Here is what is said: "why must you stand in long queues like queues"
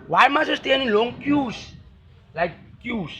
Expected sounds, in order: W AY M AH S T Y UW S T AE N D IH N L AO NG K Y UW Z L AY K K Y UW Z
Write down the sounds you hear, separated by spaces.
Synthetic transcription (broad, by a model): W AY M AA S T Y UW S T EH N IH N L AO NG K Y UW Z L AY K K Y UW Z